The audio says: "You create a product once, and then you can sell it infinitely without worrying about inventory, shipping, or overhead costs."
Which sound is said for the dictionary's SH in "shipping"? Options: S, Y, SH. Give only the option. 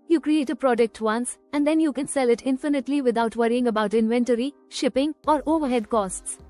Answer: SH